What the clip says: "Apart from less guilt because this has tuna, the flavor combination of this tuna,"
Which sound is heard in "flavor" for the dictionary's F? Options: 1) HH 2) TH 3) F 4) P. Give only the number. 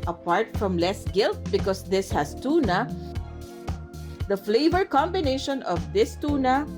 3